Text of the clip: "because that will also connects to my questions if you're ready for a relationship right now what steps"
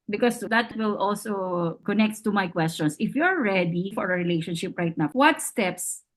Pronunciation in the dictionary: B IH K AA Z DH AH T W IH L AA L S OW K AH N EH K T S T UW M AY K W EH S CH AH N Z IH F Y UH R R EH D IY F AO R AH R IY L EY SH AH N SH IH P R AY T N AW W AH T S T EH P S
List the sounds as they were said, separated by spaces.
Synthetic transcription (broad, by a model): B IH K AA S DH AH T W IH L AA L S OW K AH N EH K T T UW M AY K W EH S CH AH N S IH F Y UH R R EH D IY F AO R AH R IY L EY SH AH N SH IH P R AY T N AW W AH T S T EH P S